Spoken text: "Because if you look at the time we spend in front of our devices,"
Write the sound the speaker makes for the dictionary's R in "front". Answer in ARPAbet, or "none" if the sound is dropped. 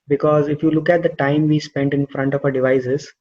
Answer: R